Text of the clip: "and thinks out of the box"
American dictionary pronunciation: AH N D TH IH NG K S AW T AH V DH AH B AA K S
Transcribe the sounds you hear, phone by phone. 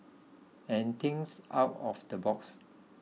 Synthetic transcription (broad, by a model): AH N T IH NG S AW T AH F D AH B AA K S